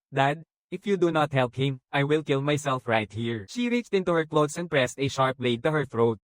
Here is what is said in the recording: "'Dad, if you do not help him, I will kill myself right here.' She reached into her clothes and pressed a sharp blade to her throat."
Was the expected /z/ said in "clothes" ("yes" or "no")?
no